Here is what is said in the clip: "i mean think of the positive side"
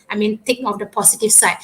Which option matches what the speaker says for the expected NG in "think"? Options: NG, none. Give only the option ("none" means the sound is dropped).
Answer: none